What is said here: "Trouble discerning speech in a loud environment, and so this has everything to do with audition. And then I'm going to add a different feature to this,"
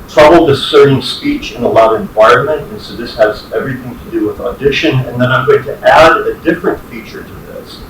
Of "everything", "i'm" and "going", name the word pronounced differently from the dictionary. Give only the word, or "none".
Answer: none